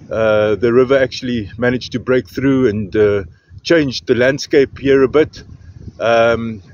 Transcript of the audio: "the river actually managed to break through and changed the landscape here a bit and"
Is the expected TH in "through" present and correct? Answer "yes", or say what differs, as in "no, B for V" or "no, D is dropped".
yes